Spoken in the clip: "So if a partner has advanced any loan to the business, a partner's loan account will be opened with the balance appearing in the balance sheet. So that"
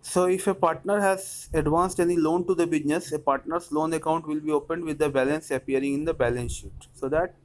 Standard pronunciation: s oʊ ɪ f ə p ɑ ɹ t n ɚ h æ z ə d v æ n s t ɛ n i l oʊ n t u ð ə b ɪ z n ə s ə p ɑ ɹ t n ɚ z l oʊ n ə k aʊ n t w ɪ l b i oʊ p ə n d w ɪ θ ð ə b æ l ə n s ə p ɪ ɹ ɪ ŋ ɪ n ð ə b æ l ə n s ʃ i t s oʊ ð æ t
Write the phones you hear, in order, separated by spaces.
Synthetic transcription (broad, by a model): s oʊ ɪ f ə p ɑ ɹ t n ɚ h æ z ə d v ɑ n s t ɛ n i l oʊ n t u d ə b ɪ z n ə s ə p ɑ ɹ t n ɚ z l oʊ n ə k aʊ n t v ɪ l b i oʊ p ə n d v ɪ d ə b æ l ə n s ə p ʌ ɹ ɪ ŋ ɪ n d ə b æ l ə n s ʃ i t s oʊ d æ t